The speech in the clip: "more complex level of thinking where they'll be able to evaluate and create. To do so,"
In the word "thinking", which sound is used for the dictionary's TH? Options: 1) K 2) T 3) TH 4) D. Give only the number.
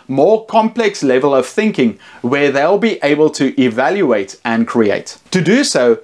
3